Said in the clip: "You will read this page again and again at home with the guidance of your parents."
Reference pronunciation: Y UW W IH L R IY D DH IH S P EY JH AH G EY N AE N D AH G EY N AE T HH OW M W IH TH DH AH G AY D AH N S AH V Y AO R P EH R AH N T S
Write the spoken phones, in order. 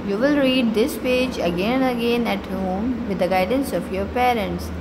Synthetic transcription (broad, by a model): Y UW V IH L R IY D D IH S P EY JH AH G EY N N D AH G EY N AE T HH OW M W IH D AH G AY D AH N S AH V Y AO R P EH R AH N T S